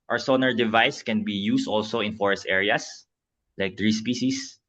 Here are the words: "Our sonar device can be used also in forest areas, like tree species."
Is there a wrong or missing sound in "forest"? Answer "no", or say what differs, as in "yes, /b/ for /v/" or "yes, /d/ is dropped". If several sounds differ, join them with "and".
no